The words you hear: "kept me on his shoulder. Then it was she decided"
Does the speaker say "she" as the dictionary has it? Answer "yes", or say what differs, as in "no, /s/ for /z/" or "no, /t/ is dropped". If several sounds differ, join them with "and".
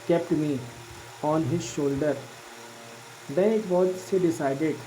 no, /s/ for /ʃ/